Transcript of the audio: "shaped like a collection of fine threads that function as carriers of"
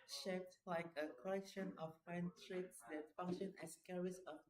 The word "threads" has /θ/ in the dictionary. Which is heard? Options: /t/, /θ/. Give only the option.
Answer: /t/